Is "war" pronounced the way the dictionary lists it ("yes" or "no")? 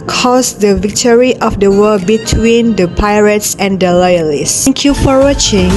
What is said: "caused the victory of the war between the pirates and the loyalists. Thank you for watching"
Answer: no